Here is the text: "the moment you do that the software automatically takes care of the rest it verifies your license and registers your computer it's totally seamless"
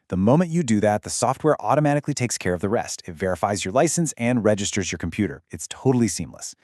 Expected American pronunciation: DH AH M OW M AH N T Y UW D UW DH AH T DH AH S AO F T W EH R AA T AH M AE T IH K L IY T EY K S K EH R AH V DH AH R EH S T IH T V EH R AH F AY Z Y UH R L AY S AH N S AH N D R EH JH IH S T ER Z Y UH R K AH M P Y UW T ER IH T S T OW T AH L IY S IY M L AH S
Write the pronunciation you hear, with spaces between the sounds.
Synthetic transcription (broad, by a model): DH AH M OW M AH N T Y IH D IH DH AH T DH AH S AO F T W EH R AA T AH M AE T IH K L IY T EY K S K EH R AH V DH AH R EH S T IH T V EH R AH F AY Z Y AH R L AY S AH N S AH N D R EH JH IH S T ER Z Y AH R K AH M P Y UW T ER IH T S T OW T L IY S IY M L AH S